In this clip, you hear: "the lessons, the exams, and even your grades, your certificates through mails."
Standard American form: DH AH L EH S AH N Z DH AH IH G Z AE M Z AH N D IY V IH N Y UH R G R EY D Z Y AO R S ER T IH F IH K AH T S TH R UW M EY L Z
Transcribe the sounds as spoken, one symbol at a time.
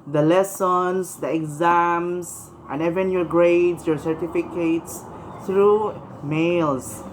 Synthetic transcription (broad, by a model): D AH L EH S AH N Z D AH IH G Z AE M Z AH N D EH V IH N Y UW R G R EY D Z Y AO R S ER T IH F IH K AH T S T R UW M EY L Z